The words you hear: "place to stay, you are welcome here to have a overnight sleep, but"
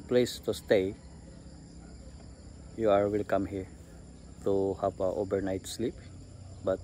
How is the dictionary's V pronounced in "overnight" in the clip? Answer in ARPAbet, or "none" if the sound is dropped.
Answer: B